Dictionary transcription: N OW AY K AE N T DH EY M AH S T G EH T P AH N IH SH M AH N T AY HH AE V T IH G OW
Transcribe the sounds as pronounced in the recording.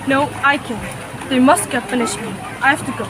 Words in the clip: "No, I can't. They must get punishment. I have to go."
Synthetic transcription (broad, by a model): N OW AY K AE N DH EY M AH S T G EH T F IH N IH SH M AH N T AY HH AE F T IH G OW